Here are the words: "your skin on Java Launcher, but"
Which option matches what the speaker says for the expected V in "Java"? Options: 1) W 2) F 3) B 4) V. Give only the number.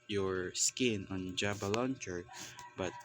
3